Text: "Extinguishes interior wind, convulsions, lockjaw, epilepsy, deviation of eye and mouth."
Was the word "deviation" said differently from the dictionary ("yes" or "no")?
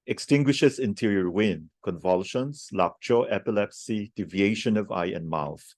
no